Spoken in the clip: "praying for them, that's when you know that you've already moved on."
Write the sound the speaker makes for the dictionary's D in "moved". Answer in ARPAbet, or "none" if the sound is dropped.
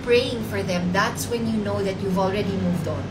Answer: D